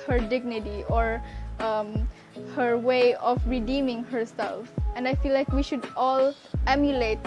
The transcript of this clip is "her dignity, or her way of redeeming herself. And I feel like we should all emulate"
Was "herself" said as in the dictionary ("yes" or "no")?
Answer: yes